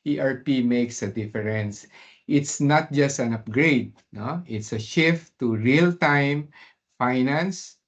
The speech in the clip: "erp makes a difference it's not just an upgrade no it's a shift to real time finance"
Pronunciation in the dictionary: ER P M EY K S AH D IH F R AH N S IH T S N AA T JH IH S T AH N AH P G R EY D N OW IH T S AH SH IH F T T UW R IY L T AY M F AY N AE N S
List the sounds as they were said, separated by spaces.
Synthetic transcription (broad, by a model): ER P M EY K S AH D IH F R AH N S IH T S N AA T JH IH S T AH N AH P G R EY D N OW IH T S AH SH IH F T T UW R IY L T AY M F AY N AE N S